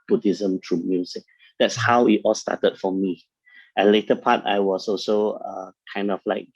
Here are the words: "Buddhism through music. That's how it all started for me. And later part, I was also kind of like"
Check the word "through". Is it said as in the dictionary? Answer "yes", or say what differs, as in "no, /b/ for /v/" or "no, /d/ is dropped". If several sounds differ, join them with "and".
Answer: no, /t/ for /θ/